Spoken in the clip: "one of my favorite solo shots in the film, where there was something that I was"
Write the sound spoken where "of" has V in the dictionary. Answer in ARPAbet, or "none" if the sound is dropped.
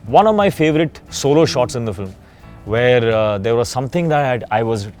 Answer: V